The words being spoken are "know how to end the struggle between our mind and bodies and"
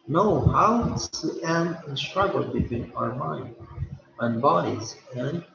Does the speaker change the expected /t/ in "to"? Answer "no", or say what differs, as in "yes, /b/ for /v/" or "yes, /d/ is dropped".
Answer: yes, /s/ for /t/